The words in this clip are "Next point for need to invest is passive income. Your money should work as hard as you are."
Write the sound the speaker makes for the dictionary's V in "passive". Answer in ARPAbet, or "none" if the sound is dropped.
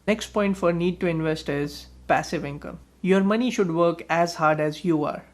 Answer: V